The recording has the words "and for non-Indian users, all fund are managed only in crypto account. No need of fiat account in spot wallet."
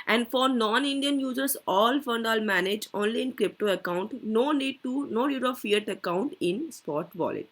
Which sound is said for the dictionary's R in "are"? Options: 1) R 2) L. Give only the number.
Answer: 2